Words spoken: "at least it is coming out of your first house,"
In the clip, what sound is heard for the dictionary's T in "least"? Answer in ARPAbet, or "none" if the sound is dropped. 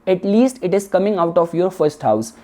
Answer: T